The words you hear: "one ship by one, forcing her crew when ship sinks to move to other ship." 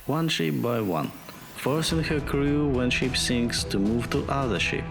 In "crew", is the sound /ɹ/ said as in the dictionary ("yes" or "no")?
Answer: yes